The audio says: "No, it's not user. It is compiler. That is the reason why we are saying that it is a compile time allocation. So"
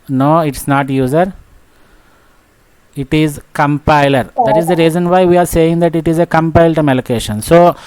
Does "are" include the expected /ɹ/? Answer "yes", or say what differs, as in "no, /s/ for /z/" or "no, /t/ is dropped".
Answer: yes